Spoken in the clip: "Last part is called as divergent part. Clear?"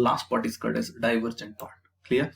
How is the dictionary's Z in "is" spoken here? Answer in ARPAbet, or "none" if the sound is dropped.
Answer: S